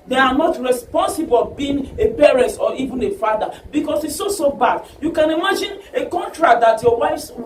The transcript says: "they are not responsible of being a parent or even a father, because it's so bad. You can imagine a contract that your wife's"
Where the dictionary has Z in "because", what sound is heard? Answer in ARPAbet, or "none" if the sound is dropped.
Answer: S